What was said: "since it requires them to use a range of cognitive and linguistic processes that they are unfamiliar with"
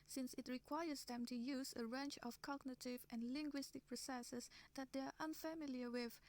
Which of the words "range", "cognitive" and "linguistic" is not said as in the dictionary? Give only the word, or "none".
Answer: range